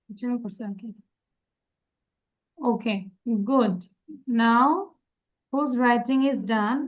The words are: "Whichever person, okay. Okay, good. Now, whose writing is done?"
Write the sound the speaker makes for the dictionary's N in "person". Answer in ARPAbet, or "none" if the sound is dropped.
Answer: none